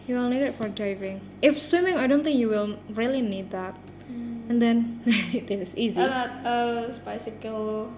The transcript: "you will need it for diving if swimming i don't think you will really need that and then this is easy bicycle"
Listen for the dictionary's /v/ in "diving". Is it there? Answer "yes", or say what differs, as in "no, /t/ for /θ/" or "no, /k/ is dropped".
yes